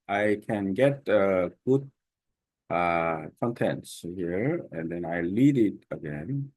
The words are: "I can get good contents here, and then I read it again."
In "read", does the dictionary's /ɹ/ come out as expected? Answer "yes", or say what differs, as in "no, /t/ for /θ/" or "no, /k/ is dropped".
no, /l/ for /ɹ/